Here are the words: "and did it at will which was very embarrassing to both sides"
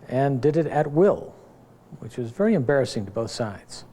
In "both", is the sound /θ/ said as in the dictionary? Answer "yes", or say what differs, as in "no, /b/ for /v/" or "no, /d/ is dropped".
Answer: yes